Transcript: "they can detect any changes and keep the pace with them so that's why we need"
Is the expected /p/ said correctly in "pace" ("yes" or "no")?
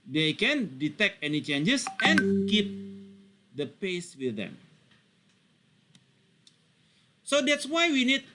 yes